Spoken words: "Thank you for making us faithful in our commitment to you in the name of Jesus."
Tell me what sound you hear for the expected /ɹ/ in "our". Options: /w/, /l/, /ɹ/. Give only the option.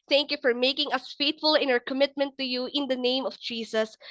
/ɹ/